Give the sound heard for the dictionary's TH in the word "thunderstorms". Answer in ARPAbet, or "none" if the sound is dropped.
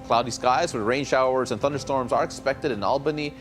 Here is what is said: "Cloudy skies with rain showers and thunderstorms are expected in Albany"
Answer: TH